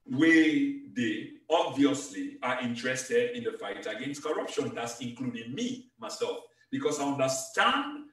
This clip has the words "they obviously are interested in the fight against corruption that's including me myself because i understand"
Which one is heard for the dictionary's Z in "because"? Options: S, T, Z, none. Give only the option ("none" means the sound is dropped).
S